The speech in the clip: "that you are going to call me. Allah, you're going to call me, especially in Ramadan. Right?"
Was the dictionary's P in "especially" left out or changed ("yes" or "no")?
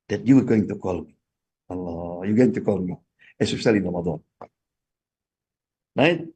yes